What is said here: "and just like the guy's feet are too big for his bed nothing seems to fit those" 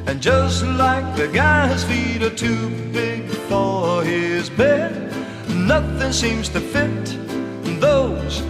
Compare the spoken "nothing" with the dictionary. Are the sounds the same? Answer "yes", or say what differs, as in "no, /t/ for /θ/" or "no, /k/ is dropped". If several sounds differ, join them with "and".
yes